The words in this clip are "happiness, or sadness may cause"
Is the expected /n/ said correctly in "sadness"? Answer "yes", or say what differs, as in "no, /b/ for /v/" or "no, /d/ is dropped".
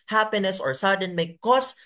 no, /n/ is dropped